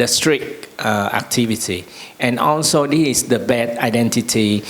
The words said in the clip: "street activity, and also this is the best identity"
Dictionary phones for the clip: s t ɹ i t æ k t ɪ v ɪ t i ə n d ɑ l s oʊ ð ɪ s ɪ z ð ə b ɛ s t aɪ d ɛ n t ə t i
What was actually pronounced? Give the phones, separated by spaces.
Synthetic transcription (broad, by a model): s t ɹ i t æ k t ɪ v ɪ t i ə n ɑ l s oʊ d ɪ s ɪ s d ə b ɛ t aɪ d ɛ n t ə t i